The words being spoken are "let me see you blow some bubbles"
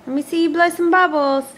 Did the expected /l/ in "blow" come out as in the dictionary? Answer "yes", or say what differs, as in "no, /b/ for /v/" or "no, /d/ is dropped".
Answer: yes